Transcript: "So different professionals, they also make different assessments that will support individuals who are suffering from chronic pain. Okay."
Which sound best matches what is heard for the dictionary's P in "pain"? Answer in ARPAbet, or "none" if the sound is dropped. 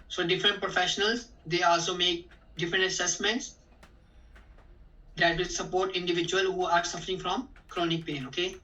P